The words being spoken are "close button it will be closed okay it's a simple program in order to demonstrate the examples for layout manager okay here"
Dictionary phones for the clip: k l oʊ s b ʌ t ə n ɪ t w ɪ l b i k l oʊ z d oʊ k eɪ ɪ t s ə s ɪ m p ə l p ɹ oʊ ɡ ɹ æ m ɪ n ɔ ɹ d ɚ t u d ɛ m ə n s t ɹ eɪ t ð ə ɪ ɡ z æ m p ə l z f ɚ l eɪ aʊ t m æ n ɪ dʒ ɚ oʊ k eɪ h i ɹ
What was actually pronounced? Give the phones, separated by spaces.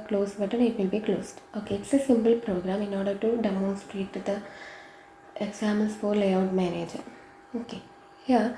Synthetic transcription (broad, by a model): k l oʊ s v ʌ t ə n ɪ t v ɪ l b i k l oʊ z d oʊ k eɪ ɪ t s ə s ɪ m p ə l p ɹ oʊ ɡ ɹ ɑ m ɪ n ɔ ɹ d ɚ t u d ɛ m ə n s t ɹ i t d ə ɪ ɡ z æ m ə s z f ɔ l eɪ aʊ t m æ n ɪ dʒ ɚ oʊ k eɪ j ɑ